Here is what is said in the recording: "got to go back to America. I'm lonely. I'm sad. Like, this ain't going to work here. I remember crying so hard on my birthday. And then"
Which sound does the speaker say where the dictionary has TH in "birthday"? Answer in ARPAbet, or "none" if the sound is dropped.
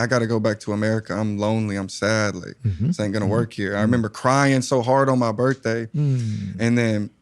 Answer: TH